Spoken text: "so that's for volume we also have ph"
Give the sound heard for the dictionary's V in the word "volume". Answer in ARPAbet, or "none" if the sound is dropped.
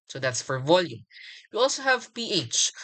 V